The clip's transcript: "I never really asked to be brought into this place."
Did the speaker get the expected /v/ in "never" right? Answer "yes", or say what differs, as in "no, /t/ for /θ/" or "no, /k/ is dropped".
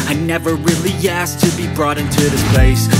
yes